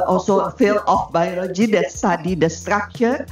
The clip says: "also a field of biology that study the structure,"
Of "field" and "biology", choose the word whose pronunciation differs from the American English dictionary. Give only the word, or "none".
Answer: field